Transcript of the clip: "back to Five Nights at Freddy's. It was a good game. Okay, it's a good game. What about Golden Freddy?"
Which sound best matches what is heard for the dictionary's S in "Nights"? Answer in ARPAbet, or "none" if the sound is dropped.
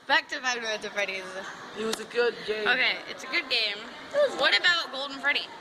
none